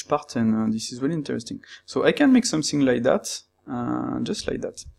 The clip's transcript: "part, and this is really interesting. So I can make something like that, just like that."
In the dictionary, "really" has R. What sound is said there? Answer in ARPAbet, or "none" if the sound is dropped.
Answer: W